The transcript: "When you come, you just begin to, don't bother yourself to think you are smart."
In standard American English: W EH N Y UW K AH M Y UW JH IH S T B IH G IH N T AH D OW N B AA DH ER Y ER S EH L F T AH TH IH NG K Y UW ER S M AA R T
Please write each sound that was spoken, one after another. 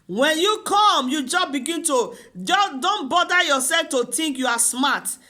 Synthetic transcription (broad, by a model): W EH N Y UW K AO M Y UW JH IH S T B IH G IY N T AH D OW N B AA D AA Y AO S EH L F T AH T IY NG K Y UW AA S M AA T